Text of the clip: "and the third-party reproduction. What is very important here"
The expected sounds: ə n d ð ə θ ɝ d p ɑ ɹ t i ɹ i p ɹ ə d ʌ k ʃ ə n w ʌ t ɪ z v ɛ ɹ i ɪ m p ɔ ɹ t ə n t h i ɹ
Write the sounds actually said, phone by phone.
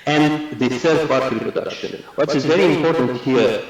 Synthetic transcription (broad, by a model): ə n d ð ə s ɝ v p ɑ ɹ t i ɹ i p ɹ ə d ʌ k ʃ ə n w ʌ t ɪ z v ɛ ɹ i ɪ m p ɔ ɹ t ə n t h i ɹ